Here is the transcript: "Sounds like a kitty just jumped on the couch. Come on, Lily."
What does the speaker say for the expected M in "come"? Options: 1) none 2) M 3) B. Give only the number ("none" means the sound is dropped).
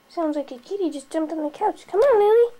2